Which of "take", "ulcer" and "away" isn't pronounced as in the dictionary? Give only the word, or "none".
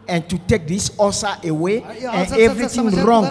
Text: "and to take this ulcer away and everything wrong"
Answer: ulcer